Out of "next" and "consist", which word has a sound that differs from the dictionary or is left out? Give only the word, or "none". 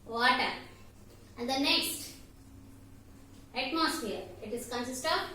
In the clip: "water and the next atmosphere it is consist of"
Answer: none